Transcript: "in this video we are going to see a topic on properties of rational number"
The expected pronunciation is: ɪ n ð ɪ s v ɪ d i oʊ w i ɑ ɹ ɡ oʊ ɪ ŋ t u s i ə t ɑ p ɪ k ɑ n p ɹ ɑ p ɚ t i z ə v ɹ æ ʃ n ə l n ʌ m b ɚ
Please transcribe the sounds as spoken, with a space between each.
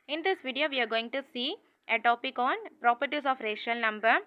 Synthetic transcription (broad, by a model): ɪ n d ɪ s v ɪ d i oʊ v i ɑ ɹ ɡ oʊ ɪ ŋ t u s i ə t ɑ p ɪ k ɑ n p ɹ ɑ p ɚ t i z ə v ɹ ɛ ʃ ə l n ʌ m b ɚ